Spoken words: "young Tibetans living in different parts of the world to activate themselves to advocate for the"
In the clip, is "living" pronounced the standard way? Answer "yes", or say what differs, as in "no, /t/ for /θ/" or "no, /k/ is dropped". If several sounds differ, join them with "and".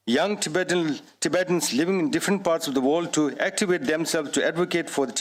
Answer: yes